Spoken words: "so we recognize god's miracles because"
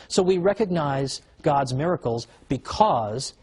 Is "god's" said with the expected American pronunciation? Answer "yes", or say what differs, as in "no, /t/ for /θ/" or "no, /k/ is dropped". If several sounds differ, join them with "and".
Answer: yes